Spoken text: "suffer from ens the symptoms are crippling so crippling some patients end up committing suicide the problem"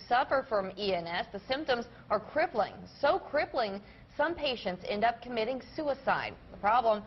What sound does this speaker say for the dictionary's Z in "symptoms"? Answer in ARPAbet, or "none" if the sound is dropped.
Z